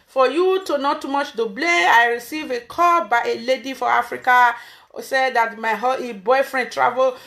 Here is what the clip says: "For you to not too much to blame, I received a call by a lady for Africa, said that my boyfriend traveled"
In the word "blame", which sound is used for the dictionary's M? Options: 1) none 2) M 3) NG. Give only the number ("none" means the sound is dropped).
1